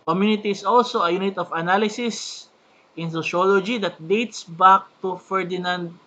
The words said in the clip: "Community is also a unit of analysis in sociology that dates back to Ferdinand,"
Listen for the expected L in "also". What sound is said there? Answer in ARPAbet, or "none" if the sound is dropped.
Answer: L